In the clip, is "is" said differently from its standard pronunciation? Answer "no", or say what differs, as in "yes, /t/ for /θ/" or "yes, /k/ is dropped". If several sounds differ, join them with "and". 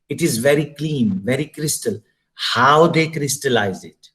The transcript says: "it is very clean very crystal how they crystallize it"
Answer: no